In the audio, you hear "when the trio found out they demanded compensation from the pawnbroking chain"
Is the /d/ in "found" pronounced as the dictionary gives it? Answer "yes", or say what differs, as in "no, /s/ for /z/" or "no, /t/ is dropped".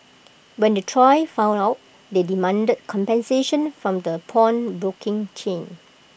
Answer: no, /d/ is dropped